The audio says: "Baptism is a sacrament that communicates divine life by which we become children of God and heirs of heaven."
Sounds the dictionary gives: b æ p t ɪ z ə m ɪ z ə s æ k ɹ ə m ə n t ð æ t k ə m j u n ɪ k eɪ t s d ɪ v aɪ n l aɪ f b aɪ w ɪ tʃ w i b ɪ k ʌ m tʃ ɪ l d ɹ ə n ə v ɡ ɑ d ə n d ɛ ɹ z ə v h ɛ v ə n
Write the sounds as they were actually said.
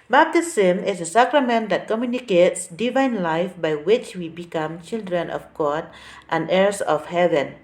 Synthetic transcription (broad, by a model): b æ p t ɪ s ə m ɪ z ə s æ k ɹ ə m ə n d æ t k ə m j u n ɪ k eɪ t s d ɪ v aɪ n l aɪ f b aɪ w ɪ tʃ w i b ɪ k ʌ m tʃ ɪ l d ɹ ə n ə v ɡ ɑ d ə n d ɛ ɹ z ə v h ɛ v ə n